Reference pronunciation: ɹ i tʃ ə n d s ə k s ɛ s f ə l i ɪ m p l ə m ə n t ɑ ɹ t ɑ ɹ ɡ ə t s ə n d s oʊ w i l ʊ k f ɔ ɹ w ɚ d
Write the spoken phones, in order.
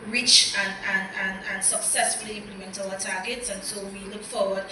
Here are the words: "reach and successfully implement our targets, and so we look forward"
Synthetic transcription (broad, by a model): ɹ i tʃ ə n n s ə k s ɛ s f ə l i ɪ m p l ə m ə n t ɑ l t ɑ ɡ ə t s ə n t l w i l ʊ k f ɔ w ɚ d